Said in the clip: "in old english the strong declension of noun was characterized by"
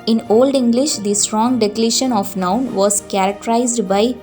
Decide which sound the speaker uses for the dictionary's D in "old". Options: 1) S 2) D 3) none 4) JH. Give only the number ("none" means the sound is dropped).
2